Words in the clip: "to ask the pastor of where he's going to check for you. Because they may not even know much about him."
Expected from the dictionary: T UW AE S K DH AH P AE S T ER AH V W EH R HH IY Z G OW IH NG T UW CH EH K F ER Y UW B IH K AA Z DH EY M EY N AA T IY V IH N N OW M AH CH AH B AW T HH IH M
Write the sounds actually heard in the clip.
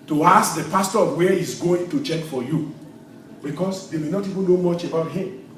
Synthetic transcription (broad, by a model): T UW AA S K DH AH P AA S T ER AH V W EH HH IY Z G OW IH NG T UW CH EH K F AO Y UW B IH K AA S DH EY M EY N AA T IY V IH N N OW M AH CH AH B AW T HH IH M